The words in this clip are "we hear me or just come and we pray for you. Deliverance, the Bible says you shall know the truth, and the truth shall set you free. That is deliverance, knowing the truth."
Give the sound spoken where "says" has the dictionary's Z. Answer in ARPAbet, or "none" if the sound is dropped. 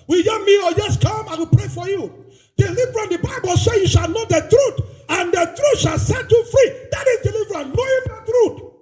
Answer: none